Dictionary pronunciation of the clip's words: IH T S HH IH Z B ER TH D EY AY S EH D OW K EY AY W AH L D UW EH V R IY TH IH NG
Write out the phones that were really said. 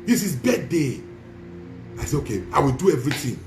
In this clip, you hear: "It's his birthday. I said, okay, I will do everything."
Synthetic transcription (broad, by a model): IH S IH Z B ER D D EY AY S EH OW K EY AY W AH L D UW EH V R IY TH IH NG